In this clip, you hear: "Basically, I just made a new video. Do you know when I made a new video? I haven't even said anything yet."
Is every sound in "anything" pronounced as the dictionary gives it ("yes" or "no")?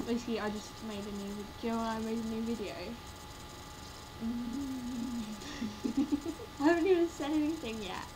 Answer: yes